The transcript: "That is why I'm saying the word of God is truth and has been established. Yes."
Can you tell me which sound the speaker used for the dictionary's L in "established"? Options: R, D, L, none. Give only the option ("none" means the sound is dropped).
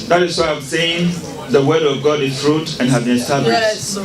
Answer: none